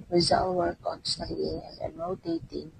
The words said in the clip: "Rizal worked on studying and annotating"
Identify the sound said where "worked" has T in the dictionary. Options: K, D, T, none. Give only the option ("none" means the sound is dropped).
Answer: none